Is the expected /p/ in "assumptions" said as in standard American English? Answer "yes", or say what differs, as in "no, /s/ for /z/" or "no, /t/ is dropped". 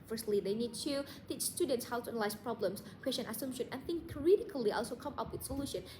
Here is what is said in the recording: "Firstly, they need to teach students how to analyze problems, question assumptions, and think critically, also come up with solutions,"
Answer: no, /p/ is dropped